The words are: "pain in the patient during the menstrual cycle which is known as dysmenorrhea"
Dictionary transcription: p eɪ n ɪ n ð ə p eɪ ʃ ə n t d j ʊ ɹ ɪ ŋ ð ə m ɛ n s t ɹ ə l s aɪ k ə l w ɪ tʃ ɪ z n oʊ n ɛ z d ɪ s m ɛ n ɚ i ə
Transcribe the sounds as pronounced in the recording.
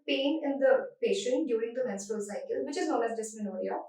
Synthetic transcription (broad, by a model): p eɪ n ɪ n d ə p eɪ ʃ ə n t d j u ɹ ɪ ŋ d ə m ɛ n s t ə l s aɪ k ə l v ɪ tʃ ɪ z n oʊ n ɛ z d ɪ s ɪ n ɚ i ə